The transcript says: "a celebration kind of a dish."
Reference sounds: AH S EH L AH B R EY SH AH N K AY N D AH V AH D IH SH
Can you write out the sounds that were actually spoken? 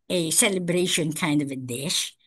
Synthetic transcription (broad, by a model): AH S EH L AH B R EY SH AH N K AY N D AH V AH D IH SH